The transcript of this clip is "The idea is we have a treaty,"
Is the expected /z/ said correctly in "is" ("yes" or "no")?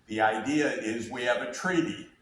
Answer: yes